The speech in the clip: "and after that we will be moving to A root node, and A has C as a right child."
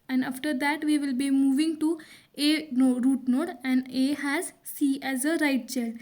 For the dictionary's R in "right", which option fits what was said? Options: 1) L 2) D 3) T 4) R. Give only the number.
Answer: 4